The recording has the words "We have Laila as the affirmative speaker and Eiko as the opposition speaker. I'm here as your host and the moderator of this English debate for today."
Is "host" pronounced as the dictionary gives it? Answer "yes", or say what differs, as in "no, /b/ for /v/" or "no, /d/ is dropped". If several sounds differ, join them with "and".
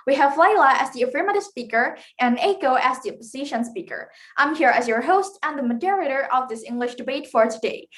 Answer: yes